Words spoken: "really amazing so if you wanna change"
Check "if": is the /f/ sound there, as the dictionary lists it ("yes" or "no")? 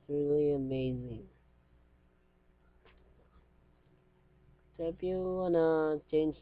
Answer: no